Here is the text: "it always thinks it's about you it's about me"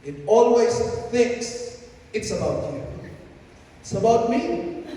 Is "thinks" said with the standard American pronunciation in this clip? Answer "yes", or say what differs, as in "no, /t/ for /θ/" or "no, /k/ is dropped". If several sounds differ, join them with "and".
yes